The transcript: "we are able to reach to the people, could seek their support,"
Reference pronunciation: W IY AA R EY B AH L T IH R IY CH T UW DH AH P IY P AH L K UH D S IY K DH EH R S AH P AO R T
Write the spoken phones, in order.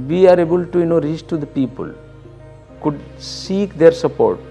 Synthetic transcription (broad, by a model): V IY AA R EY B AH L T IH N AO S T UW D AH P IY P AH L K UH D S IY K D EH R S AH P AO R T